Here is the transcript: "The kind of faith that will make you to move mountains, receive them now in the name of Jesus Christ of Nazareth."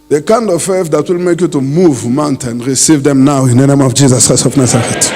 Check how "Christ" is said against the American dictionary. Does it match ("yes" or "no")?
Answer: no